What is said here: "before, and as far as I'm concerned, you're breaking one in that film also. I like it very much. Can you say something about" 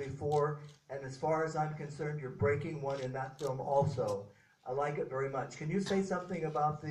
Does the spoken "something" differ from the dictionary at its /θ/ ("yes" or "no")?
no